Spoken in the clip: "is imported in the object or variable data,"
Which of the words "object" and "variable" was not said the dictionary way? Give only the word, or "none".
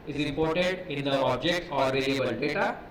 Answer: variable